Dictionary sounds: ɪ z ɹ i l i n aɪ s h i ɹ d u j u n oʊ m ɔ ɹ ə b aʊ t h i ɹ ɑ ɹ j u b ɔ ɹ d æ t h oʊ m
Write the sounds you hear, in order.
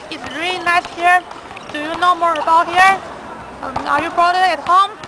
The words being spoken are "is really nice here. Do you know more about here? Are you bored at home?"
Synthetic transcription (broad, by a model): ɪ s ɹ i l i n aɪ s h i ɹ d u j u n oʊ m ɔ ɹ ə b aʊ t h i ɹ ɑ ɹ j u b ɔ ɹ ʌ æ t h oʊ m